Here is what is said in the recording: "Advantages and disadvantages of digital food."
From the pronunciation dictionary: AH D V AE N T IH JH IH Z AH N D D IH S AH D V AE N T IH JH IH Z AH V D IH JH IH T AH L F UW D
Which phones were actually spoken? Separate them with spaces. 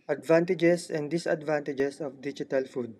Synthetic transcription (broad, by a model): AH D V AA N T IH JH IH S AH N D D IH S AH D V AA N T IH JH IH S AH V D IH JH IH T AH L F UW D